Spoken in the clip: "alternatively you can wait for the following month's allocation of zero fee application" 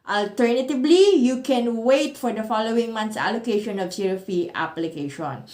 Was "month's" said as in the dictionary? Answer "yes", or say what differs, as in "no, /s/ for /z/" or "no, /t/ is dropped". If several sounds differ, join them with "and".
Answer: no, /t/ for /θ/